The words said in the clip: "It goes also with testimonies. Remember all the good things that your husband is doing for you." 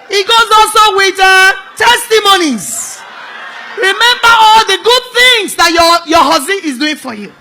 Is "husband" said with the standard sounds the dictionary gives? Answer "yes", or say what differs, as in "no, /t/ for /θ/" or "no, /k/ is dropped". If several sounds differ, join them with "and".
no, /d/ is dropped